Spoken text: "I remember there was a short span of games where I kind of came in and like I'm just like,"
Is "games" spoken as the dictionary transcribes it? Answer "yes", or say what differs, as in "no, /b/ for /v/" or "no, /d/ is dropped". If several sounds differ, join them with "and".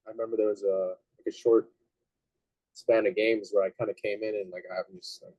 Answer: yes